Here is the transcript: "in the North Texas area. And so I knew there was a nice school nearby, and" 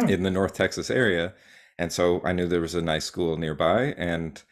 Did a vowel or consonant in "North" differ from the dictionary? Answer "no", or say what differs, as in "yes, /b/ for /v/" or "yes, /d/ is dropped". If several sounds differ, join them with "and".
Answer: no